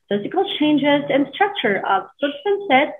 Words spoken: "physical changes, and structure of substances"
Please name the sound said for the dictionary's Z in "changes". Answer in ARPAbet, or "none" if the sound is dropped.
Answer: Z